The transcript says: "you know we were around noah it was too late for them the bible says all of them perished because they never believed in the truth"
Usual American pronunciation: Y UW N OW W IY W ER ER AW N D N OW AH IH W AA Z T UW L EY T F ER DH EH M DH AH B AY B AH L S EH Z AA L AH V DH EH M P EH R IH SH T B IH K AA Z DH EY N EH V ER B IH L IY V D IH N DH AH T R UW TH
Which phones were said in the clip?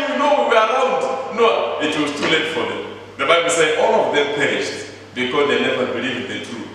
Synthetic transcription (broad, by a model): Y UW N OW W IY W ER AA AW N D N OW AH IH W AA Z T UW L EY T F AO DH EH M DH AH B AY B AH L S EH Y AA L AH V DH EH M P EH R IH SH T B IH K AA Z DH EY N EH V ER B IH L IY V IH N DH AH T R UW